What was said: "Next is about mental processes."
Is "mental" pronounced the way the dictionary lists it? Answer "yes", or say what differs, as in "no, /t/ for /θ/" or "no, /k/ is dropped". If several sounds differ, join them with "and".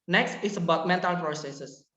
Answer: yes